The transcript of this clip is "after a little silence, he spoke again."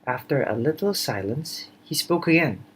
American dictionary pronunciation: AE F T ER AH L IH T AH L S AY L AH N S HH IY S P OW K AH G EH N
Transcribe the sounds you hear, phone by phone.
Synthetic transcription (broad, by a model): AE F T ER AH L IH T L S AY L AH N S HH IY S P OW K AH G EH N